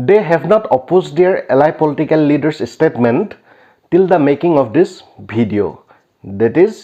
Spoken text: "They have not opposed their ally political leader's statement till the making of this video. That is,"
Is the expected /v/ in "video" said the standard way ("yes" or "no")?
no